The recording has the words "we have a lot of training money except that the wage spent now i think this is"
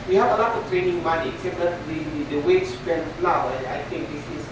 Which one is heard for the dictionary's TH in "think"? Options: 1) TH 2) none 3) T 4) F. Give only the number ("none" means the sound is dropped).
3